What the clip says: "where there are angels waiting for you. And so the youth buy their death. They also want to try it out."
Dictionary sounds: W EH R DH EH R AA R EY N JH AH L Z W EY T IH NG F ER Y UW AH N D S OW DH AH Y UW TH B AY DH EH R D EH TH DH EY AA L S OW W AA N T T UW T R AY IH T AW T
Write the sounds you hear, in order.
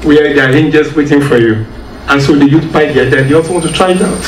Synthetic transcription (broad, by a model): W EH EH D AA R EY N JH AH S W EY T IH NG F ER Y UW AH N S OW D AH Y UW T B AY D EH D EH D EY AA L S OW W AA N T T UW T R AY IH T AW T